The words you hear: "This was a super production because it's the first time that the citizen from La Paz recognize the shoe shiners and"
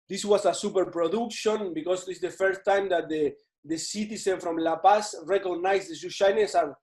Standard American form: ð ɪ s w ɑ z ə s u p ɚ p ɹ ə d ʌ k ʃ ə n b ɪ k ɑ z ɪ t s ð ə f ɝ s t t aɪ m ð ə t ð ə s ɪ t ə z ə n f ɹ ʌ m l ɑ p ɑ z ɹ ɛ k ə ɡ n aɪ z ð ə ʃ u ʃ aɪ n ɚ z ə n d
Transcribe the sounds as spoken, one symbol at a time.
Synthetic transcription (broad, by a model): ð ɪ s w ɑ s ə s u p ɚ p ɹ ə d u k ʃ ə n b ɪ k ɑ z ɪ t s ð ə f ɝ s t t aɪ m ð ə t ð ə s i t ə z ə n f ɹ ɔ m l ɑ p ɑ s ɹ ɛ k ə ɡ n aɪ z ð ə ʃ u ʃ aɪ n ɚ s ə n